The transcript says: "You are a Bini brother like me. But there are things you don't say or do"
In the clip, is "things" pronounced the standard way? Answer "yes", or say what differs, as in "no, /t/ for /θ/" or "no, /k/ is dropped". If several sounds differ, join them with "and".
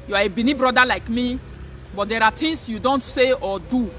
no, /t/ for /θ/ and /s/ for /z/